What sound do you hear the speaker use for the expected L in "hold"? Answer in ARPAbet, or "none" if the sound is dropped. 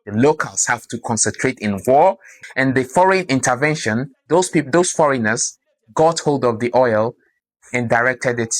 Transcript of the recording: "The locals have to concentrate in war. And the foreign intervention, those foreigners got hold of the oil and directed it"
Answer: L